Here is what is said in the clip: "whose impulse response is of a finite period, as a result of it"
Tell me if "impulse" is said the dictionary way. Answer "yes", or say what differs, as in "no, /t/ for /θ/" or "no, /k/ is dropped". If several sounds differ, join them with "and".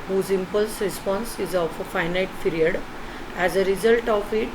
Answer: yes